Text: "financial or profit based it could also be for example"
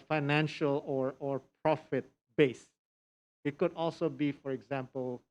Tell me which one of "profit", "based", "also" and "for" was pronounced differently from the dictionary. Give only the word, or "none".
based